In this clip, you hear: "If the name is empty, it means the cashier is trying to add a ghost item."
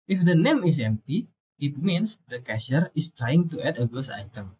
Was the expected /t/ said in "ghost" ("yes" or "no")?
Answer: no